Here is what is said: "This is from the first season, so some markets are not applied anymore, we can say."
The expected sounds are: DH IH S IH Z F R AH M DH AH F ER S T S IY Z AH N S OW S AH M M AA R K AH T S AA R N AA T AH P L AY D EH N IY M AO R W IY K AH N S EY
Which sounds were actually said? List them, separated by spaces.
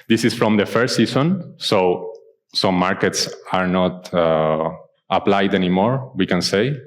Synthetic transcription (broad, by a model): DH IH S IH S F R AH M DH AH F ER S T S IY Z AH N S OW S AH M M AA R K AH T S AA R N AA T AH P L AY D EH N IY M AO R W IY K AH N S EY